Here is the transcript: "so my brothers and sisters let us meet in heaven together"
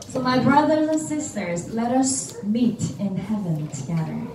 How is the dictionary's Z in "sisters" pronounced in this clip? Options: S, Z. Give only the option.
Z